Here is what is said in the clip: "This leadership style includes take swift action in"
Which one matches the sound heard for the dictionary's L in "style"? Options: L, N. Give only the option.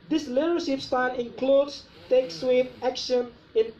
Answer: N